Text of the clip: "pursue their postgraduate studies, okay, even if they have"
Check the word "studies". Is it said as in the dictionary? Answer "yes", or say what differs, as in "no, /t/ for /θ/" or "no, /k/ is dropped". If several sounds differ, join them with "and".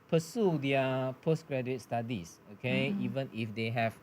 no, /s/ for /z/